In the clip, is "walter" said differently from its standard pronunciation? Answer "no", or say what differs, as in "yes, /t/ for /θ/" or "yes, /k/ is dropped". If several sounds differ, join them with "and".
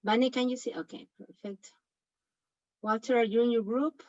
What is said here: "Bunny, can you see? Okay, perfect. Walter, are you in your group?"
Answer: yes, /l/ is dropped